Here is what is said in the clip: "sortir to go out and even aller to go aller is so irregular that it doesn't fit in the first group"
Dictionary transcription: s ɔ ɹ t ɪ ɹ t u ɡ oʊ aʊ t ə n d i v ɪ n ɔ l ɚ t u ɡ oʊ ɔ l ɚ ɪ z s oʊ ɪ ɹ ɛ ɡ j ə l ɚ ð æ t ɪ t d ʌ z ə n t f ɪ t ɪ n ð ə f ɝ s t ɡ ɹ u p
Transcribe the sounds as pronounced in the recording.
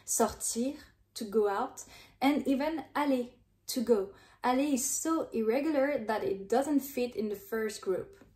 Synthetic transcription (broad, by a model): s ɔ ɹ t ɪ ɹ t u ɡ oʊ aʊ t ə n i v ɪ n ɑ l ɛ t u ɡ oʊ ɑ l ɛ ɪ z s oʊ ɪ ɹ ɛ ɡ j ə l ɚ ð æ t ɪ t d ʌ z ə n t f ɪ t ɪ n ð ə f ɝ s t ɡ ɹ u p